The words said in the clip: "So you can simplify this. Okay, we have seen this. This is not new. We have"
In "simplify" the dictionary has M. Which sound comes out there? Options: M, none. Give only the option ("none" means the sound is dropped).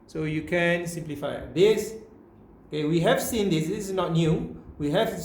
M